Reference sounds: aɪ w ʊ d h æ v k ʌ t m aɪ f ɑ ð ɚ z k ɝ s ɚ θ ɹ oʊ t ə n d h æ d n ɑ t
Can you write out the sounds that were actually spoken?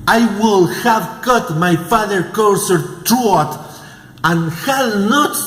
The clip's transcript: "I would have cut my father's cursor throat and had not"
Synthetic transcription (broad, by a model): aɪ w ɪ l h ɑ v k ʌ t m aɪ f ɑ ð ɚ k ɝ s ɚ t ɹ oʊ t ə n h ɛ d n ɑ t